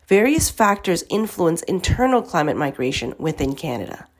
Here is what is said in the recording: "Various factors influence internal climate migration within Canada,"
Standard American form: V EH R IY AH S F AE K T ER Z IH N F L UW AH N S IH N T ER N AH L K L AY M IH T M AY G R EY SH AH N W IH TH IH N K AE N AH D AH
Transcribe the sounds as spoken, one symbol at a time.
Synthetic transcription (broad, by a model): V EH R IY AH S F AE K T ER Z IH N F L UW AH N S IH N T ER N L K L AY M IH T M AY G R EY SH AH N W IH TH IH N K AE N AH D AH